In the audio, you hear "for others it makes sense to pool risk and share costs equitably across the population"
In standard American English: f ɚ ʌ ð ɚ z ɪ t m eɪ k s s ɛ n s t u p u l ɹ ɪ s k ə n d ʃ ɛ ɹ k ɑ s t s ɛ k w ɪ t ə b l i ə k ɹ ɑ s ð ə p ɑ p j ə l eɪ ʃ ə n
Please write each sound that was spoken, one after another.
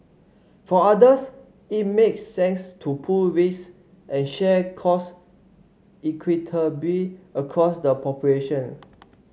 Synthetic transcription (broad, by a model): f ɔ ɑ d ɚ s ɪ t m eɪ k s s ɛ n s t u p u l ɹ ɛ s ə n ʃ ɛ k ɑ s s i k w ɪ t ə b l i ə k ɹ ɑ s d ə p ɑ p j ə l eɪ ʃ ə n